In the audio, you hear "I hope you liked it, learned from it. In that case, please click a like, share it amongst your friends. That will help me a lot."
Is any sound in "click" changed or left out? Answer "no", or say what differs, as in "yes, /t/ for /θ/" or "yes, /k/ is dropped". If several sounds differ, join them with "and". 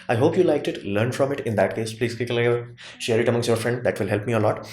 yes, /l/ is dropped